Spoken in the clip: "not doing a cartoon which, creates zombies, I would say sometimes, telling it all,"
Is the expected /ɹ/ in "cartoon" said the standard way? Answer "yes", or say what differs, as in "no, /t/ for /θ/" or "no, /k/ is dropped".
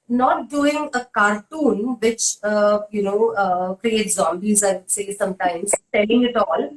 yes